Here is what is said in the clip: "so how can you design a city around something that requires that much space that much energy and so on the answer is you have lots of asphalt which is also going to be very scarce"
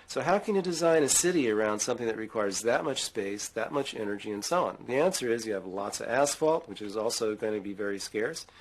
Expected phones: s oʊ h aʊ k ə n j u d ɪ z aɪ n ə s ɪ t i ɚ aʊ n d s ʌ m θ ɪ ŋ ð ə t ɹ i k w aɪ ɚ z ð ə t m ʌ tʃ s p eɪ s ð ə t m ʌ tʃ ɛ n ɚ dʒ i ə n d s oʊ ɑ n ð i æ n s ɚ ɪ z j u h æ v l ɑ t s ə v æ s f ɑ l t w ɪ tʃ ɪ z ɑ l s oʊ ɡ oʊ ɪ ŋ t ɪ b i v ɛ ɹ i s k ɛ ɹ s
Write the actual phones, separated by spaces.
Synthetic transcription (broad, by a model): s oʊ h aʊ k ə n j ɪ d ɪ z aɪ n ə s ɪ t i ɚ aʊ n d s ʌ m θ ɪ ŋ ð ə t ɹ i k w aɪ ɚ z ð ə t m ʌ tʃ s p eɪ s ð ə t m ʌ tʃ ɛ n ɚ dʒ i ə n s oʊ ɑ n ð i æ n s ɚ ɪ z j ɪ v l ɑ t s ə v æ s f ɑ l t w ɪ tʃ ɪ z ɑ l s oʊ ɡ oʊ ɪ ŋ t ɪ b i v ɛ ɹ i s k ɛ ɹ s